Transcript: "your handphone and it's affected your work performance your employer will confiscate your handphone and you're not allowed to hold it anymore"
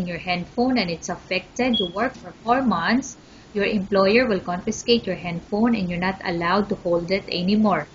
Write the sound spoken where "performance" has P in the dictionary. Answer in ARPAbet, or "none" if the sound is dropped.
F